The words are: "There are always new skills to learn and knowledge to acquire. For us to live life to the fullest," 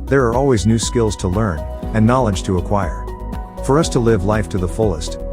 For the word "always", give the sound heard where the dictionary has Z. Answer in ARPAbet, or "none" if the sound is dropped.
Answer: Z